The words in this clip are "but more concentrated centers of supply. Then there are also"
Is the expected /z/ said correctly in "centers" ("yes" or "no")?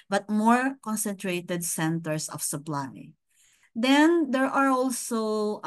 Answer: no